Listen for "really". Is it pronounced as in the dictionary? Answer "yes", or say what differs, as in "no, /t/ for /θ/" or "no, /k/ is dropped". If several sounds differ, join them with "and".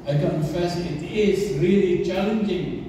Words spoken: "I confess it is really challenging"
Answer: yes